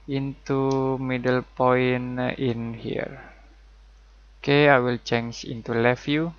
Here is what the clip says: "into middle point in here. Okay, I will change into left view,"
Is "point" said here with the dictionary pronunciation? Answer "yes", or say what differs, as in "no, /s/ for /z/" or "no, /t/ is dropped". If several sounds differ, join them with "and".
no, /t/ is dropped